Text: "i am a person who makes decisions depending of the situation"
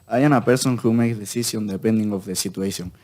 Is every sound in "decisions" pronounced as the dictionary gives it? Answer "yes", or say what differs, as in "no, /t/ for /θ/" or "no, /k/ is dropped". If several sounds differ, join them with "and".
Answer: no, /z/ is dropped